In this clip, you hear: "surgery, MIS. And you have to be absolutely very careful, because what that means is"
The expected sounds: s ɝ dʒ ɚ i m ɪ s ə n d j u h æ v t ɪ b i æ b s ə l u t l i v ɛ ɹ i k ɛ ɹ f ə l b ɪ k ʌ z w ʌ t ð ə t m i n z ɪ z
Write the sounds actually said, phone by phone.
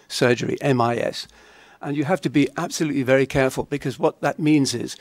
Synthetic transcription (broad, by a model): s ɝ dʒ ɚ i m ɪ s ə n j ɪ h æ f t ɪ b i æ b s ə l u t l i v ɛ ɹ i k ɛ ɹ f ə l b ɪ k ʌ z w ʌ t ð ə t m i n z ɪ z